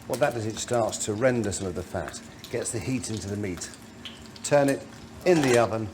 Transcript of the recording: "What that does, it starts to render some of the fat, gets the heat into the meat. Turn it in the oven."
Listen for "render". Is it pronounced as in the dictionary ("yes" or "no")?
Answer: yes